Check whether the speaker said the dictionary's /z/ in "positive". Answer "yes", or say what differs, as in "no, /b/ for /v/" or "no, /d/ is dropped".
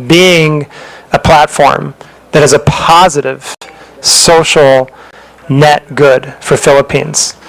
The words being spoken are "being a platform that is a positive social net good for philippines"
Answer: yes